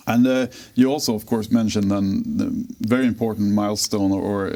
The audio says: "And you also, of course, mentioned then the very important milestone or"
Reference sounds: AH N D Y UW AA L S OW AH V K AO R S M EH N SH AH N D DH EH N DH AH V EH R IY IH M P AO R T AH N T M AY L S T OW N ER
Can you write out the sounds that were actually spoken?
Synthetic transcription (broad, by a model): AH N Y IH AA L S OW AH V K AO R S M EH N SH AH N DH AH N DH AH V EH R IY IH M P AO R T N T M AY L S T OW N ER